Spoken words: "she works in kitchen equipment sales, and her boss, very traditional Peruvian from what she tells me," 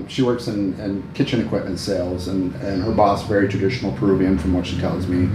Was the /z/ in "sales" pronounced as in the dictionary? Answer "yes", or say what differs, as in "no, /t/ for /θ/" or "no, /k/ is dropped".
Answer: yes